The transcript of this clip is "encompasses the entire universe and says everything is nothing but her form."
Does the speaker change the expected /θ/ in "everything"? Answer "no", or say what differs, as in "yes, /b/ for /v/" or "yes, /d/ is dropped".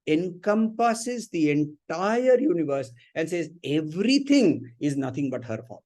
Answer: yes, /t/ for /θ/